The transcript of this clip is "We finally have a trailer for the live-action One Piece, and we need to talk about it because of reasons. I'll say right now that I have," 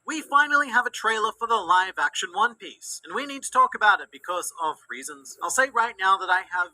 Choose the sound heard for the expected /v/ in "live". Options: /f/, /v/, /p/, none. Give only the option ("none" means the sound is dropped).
/v/